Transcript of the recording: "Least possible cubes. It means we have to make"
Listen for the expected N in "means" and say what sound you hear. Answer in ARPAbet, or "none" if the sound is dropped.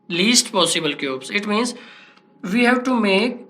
N